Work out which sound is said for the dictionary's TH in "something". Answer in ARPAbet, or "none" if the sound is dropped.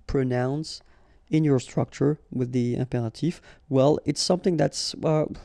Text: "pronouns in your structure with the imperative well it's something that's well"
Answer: TH